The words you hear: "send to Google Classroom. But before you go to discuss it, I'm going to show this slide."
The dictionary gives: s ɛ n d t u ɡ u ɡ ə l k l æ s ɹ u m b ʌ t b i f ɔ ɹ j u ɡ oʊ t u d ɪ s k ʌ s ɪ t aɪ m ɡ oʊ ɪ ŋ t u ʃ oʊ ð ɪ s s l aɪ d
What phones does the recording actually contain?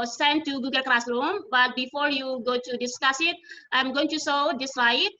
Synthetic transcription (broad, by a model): s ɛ n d t u ɡ u ɡ ə l k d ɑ s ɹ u m b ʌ t b i f ɔ ɹ j u ɡ oʊ t u d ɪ s k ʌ s ɪ t aɪ m ɡ oʊ ɪ ŋ t u s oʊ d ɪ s s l aɪ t